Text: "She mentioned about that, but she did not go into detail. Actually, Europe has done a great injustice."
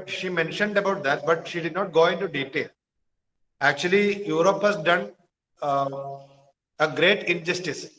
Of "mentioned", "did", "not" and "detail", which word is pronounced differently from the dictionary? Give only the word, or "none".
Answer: none